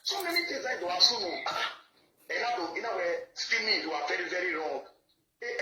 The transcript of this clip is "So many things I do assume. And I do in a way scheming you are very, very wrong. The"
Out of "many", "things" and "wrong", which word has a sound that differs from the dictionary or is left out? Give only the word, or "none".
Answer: things